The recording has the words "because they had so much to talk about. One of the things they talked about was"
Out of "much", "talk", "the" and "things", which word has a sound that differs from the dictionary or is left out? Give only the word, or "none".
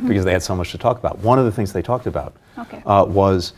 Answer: none